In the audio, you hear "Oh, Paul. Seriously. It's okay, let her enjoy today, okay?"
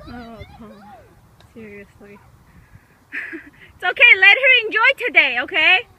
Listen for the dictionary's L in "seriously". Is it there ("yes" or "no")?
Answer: yes